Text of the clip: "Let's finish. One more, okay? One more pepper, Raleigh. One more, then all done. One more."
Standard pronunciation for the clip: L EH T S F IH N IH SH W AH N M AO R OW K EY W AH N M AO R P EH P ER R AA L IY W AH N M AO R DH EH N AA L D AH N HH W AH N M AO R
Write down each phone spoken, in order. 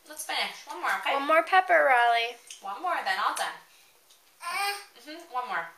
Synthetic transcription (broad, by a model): L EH T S P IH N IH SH W AH N M AO R W AH N M AO R P EH P ER R AA L IY W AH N M AO R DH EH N AA L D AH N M W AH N M AO R